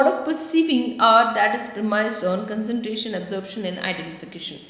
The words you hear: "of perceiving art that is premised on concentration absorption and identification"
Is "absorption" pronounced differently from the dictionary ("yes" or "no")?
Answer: yes